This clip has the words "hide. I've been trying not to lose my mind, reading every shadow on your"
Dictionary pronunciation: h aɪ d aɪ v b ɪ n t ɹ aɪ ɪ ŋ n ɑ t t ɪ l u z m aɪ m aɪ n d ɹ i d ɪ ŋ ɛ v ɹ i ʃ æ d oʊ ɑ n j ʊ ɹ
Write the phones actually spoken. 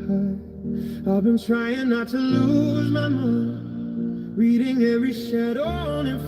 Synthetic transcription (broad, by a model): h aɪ aɪ v b ɪ n t ɹ aɪ ɪ ŋ n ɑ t t ɪ l u z m aɪ m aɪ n ɹ i d ɪ ŋ ɛ v ɹ i ʃ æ d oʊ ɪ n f